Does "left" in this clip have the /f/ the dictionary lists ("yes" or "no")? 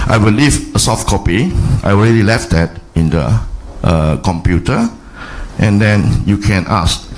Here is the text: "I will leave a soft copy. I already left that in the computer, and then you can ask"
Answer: yes